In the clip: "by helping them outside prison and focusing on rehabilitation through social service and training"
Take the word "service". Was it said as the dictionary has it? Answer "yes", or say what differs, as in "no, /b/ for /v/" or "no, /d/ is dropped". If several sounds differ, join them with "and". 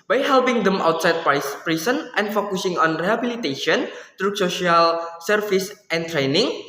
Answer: no, /f/ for /v/